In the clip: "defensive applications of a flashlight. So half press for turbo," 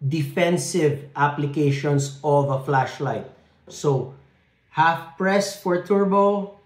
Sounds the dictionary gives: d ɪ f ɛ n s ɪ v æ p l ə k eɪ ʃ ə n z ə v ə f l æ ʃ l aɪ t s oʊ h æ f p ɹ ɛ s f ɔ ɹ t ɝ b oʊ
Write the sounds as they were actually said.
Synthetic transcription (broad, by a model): d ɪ f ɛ n s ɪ v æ p l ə k eɪ ʃ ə n s ə v ə f l æ ʃ l aɪ t s oʊ h æ f p ɹ ɛ s f ɔ ɹ t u b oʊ